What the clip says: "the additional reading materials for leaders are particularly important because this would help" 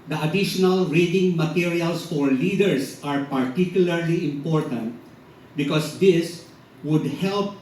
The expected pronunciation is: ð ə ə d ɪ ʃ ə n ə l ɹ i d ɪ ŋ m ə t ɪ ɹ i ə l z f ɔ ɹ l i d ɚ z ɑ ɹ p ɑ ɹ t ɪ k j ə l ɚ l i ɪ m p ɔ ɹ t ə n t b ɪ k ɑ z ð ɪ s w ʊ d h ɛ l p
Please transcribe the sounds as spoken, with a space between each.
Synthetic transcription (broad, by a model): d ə ə d ɪ ʃ ə n ə l ɹ i d ɪ ŋ m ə t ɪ ɹ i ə l s f ɔ ɹ l i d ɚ s ɑ ɹ p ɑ ɹ t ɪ k j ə l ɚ l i ɪ m p ɔ ɹ t ə n t b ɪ k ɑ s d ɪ s w ʊ d h ɛ l p